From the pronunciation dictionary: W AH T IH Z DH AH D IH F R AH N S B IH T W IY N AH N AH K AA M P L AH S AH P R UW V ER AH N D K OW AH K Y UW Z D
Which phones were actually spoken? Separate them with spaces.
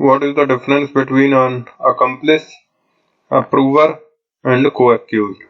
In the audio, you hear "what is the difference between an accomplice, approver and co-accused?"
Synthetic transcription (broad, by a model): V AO T IH Z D AH D IH F R AH N S B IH T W IY N AH N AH K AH M P L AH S AH P R UW V ER AH N D K OW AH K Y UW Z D